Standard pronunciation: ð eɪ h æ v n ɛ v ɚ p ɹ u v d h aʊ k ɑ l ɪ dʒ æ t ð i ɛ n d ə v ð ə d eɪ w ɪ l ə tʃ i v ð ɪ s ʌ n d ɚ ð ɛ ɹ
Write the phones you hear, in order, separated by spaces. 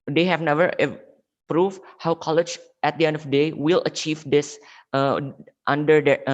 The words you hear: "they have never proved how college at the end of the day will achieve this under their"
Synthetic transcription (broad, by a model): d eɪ h æ v n ɛ v ɚ p ɹ u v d h aʊ k ɑ l ɪ dʒ æ t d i ɛ n d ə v d eɪ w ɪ l ə tʃ i v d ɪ s ʌ n d ɚ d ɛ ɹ